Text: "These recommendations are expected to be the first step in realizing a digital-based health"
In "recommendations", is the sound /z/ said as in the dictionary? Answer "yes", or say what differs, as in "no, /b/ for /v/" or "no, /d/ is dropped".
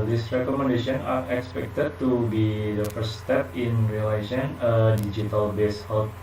no, /z/ is dropped